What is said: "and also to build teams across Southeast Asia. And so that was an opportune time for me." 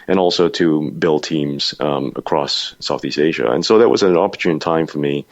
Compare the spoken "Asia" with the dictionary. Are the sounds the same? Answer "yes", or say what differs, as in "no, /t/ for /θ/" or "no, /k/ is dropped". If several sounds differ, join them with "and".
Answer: yes